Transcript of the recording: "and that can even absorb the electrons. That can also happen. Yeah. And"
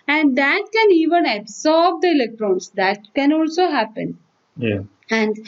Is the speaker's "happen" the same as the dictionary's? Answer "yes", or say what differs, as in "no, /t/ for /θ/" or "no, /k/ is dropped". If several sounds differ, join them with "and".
yes